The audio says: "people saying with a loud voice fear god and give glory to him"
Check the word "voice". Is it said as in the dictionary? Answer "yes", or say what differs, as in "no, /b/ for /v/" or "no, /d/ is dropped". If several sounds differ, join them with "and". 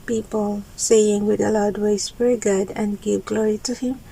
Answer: no, /w/ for /v/